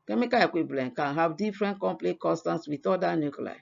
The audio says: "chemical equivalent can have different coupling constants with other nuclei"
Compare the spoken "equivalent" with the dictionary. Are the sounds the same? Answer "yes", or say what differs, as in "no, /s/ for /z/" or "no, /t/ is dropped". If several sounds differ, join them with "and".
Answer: no, /b/ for /v/